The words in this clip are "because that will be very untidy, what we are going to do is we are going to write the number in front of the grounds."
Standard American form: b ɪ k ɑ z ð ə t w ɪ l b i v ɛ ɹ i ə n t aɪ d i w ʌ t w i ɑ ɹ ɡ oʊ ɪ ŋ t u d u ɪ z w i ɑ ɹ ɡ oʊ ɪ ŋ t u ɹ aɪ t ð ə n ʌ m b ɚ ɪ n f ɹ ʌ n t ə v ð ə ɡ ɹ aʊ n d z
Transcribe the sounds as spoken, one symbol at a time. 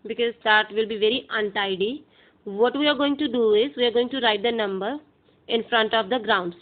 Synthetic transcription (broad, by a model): b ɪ k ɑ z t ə t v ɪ l b i v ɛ ɹ i ə n t aɪ d i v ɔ t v i ɑ ɹ ɡ oʊ ɪ ŋ t u d u ɪ z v i ɑ ɹ ɡ oʊ ɪ ŋ t u ɹ aɪ t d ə n ʌ m b ɚ ɪ n f ɹ ʌ n t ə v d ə ɡ ɹ aʊ n d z